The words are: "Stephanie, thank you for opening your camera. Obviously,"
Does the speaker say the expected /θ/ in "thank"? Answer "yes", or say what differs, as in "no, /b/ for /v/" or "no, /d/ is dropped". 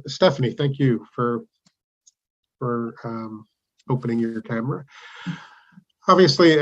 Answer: yes